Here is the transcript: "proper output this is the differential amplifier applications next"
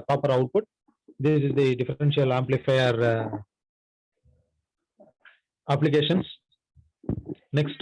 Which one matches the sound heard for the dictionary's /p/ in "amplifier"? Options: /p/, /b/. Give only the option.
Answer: /p/